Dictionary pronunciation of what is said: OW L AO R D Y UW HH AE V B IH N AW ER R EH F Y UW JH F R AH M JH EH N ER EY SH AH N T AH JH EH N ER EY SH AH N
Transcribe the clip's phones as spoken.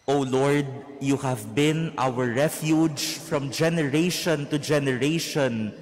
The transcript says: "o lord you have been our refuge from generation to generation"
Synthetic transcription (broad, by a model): OW L AO R D Y UW HH AE V B IH N AW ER R EH F Y UW JH F R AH M JH EH N ER EY SH AH N T AH JH EH N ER EY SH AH N